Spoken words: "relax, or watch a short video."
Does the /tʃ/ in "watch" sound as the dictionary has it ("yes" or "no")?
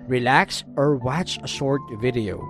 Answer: no